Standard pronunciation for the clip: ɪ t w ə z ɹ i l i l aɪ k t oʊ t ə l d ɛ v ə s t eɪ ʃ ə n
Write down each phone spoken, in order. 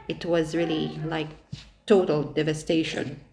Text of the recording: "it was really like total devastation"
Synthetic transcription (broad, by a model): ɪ t w ə z ɹ i l i l aɪ k t oʊ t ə l d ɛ v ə s t eɪ ʃ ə n